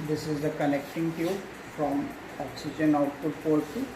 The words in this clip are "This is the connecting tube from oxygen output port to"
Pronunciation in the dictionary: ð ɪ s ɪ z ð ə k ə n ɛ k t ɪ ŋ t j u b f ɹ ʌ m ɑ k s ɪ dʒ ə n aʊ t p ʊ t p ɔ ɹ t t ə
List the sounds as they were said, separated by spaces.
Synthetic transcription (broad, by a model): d ɪ s ɪ z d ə k ə n ɛ k t ɪ ŋ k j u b f ɹ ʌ m ɑ k s ɪ dʒ ə n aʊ t ʊ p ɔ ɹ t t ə